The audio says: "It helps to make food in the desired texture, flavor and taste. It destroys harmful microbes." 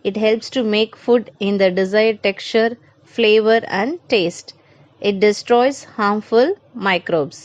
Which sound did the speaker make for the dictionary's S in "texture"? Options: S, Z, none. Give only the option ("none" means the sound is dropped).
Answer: none